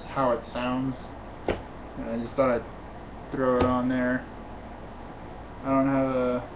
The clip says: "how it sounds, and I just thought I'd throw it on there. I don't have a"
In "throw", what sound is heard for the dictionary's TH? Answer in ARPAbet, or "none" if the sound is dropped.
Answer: TH